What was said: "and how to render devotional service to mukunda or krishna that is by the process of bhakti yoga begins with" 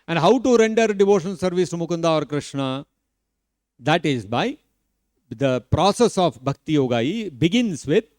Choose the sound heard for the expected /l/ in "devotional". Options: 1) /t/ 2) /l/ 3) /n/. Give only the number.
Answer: 3